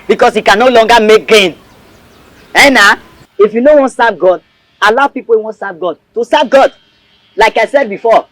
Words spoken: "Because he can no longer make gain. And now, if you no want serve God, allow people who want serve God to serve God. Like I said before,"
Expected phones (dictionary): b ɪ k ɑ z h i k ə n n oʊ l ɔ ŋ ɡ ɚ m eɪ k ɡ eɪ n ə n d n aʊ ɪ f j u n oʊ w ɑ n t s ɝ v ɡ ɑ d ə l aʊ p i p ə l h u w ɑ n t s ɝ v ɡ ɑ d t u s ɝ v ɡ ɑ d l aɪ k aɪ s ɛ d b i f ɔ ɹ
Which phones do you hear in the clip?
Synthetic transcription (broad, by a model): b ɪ k ɑ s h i k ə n n oʊ l ɔ ŋ ɡ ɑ m eɪ k ɡ eɪ n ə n n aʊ ɪ f j u n oʊ w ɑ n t s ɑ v ɡ ɑ d ə l aʊ p i p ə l w ɑ n t s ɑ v ɡ ɑ d t u s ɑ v ɡ ɑ d l aɪ k aɪ s ɛ d b i f ɔ